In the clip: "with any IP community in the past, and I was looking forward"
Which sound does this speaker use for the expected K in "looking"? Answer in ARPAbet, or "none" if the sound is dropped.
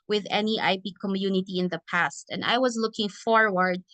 K